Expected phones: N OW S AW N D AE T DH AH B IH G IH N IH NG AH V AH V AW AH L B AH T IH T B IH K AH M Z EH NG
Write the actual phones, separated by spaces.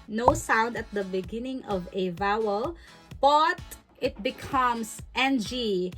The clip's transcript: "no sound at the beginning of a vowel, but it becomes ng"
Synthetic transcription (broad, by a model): N OW S AW N D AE T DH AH B IH G IH N IH NG AH V AH V AW AH L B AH T IH T B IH K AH M S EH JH